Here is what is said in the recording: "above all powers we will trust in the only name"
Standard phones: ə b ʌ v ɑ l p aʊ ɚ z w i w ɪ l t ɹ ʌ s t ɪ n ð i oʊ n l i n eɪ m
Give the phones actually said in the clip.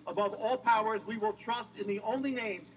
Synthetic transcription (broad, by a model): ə b ʌ v ɑ l p aʊ ɚ z w i w ɪ l t ɹ ʌ s t ɪ n ð i oʊ n l i n eɪ m